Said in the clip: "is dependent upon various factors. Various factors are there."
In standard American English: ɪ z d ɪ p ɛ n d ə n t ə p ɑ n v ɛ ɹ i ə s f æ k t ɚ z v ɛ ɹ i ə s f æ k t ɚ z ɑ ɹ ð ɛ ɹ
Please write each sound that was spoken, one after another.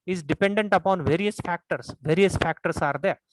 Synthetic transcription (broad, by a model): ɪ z d ɪ p ɛ n d ə n t ə p ɑ n v ɛ ɹ i ə s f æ k t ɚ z v ɛ ɹ i ə s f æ k t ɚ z ɑ ɹ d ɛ ɹ